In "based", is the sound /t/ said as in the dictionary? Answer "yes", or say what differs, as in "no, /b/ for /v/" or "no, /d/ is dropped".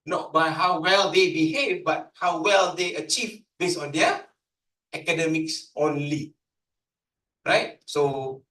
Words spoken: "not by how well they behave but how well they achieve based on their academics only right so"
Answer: no, /t/ is dropped